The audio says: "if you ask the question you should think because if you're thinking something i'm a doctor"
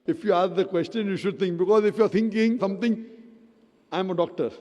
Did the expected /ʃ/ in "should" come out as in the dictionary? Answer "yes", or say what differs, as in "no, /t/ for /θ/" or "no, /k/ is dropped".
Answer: yes